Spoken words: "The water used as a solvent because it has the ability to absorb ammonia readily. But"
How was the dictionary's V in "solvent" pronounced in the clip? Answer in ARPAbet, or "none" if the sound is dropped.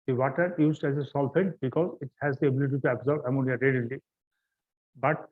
P